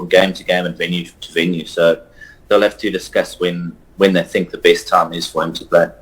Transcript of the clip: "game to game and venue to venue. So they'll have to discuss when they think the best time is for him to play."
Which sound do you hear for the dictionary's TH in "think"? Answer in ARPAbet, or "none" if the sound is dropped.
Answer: TH